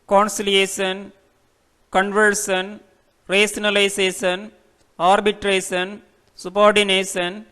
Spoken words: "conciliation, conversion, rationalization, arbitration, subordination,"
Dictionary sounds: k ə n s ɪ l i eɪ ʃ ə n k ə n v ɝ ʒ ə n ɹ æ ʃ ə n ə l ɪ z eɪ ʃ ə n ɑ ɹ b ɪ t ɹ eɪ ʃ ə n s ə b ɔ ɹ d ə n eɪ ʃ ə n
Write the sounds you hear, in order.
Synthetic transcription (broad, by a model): k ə n s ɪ l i eɪ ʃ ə n k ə n v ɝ s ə n ɹ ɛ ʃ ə n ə l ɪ s eɪ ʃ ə n ɑ ɹ b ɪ t ɹ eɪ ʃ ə n s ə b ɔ ɹ d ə n eɪ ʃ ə n